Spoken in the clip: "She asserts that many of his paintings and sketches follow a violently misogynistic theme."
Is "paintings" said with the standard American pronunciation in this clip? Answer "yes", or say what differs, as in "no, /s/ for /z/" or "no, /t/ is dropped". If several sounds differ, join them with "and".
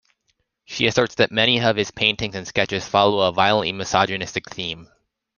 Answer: yes